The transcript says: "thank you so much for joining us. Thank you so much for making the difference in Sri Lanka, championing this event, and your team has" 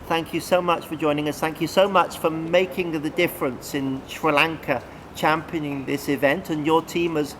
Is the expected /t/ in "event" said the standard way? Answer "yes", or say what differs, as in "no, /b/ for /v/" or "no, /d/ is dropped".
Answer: yes